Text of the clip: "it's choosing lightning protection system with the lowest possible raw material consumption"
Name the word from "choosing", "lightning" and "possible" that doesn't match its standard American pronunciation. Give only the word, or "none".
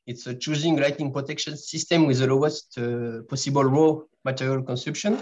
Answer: lightning